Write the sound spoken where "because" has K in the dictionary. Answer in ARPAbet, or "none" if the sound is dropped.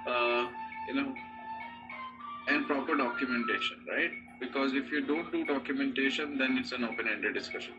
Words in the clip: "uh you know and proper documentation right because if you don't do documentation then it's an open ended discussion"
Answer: K